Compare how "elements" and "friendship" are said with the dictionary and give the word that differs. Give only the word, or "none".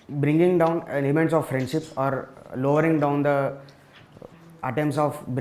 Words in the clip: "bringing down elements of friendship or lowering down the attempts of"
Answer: elements